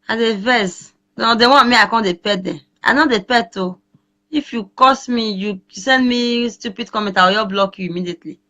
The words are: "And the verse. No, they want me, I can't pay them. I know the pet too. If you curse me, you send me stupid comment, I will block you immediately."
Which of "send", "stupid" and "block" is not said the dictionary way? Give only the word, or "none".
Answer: none